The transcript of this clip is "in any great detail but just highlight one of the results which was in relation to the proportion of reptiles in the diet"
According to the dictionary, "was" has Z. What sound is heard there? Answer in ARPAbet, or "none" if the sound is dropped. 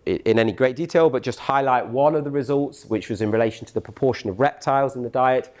Z